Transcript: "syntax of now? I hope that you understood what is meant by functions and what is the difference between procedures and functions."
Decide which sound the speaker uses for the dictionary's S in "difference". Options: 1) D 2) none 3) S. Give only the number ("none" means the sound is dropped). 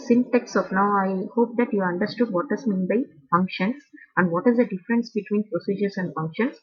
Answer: 3